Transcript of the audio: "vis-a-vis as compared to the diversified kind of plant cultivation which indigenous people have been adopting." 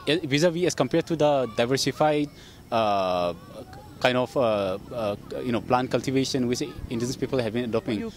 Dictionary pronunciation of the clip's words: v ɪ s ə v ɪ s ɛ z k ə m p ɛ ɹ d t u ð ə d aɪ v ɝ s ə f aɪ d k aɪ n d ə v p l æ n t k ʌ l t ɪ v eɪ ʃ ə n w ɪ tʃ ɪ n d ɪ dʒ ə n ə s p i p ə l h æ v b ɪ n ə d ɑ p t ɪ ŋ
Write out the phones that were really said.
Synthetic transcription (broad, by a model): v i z ə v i ɛ s k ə m p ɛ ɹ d t u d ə d aɪ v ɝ s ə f aɪ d k aɪ n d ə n p l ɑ n k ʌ l t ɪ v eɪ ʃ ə n w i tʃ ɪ n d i ə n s p i p ə l h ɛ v b ɪ n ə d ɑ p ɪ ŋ